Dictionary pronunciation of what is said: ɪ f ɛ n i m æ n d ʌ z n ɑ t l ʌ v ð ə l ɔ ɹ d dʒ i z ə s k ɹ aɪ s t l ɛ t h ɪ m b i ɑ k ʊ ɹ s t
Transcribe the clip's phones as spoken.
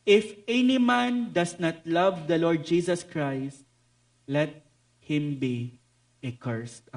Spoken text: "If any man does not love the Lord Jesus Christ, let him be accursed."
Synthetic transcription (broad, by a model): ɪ f ɛ n i m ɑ n d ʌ s n ɑ t l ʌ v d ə l ɔ ɹ d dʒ i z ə s k ɹ aɪ s t l ɛ t h ɪ m b i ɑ k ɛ ɹ s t